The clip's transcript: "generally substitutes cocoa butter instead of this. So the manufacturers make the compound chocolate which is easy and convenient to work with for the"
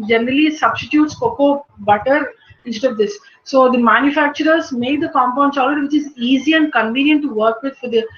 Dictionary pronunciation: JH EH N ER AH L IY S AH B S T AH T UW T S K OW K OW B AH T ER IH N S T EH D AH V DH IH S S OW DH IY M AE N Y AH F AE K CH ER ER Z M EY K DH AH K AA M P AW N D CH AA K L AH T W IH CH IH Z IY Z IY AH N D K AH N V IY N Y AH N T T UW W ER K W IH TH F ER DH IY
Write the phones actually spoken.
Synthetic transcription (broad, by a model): JH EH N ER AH L IY S AH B S T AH T UW T S K OW K OW B AH T ER IH N S T EH D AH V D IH S S OW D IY M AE N Y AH F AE K CH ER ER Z M EY K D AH K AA M P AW N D S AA L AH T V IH CH IH Z IY Z IY AH N D K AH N V IY N Y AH N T T UW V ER K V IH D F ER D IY